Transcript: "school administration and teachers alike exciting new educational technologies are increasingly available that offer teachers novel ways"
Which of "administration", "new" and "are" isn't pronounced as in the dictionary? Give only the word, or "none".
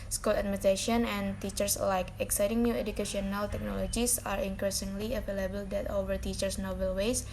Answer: administration